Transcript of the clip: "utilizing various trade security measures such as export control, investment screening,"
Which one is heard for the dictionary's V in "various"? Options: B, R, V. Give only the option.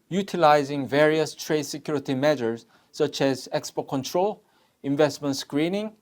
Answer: V